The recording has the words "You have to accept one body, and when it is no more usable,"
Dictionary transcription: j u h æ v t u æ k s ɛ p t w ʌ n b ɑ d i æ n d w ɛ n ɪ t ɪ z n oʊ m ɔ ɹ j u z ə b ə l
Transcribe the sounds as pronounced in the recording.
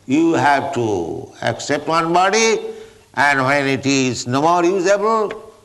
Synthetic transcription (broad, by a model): j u h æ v t u æ k s ɛ p t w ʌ n b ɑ d i æ n d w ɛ n ɪ t ɪ z n oʊ m ɔ ɹ j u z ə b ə l